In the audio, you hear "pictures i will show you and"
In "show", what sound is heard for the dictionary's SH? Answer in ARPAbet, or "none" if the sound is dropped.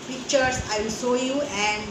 S